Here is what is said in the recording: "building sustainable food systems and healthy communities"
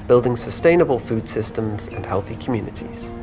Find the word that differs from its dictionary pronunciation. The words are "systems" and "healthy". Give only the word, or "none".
none